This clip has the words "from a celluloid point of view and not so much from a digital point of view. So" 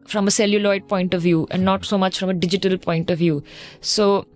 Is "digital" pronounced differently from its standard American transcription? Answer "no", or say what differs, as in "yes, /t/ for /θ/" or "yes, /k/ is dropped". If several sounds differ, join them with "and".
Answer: no